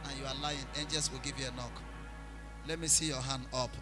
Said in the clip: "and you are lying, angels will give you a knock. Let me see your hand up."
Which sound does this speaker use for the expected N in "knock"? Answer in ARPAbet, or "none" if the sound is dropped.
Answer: N